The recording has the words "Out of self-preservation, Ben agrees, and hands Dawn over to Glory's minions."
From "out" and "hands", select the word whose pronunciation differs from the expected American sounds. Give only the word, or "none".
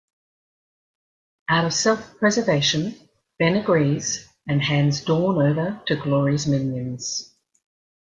none